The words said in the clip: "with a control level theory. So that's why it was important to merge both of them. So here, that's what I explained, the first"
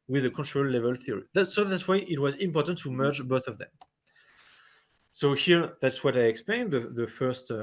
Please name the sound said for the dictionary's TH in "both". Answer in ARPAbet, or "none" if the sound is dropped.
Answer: TH